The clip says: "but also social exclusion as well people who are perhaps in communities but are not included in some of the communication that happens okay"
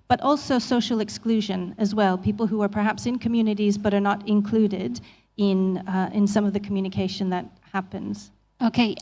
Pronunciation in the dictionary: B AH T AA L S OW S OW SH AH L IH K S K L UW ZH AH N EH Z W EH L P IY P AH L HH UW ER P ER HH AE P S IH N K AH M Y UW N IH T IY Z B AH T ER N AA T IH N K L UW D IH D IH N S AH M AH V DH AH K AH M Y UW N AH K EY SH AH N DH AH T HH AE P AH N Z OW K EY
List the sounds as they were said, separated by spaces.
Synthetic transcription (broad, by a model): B AH T AA L S OW S OW SH L IH K S K L UW ZH AH N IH Z W EH L P IY P L HH UW ER P ER HH AE P S IH N K AH M Y UW N IH T IY Z B AH T ER N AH T IH N K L UW D IH D IH N S AH M AH V DH AH K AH M Y UW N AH K EY SH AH N DH AH T HH AE P AH N Z OW K EY